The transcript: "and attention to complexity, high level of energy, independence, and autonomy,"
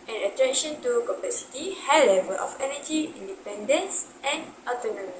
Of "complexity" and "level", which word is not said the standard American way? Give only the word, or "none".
complexity